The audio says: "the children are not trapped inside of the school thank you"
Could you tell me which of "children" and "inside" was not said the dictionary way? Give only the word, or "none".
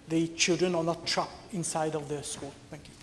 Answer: none